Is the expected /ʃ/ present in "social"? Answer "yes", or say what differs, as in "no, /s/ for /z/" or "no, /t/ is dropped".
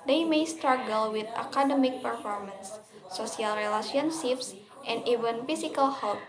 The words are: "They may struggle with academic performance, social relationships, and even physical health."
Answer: no, /ʃ/ is dropped